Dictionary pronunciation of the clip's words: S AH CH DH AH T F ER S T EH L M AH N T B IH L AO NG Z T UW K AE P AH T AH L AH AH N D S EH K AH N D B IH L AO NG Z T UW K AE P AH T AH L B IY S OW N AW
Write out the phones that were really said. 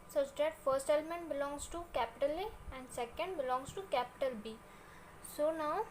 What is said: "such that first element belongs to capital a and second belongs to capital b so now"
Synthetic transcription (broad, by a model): S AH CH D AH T F ER S T EH L M AH N T B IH L AO NG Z T UW K AE P AH T AH L AH AH N D S EH K AH N D B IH L AO NG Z T UW K AE P AH T AH L B IY S OW N AW